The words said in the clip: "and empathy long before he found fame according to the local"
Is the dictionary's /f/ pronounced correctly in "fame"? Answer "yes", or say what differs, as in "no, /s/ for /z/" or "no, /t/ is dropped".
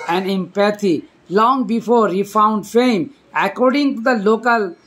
yes